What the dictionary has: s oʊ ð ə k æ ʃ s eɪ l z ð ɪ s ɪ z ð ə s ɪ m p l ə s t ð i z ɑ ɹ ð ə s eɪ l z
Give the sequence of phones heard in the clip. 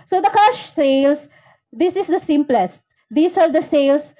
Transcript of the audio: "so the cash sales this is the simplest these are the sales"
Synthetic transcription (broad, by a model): s oʊ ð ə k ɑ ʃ s eɪ l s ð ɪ s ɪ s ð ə s ɪ m p l ə s t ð i s ɑ ɹ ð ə s eɪ l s